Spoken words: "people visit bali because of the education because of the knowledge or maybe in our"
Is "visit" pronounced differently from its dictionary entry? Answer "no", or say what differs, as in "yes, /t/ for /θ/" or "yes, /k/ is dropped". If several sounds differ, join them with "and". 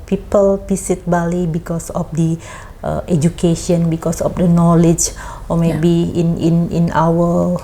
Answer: yes, /p/ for /v/ and /s/ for /z/